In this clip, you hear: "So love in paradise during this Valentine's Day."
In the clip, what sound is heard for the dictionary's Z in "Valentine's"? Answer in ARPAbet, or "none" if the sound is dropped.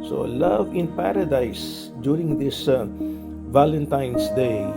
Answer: S